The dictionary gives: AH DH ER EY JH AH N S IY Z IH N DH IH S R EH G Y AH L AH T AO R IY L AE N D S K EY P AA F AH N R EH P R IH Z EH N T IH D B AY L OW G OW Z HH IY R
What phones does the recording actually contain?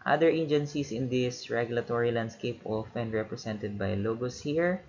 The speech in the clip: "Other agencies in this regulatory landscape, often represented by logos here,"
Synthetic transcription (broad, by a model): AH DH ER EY JH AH N S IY S IH N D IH S R EH G Y AH L AH T AO R IY L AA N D S K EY P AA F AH N R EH P R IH S EH N T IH D B AY L OW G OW S HH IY R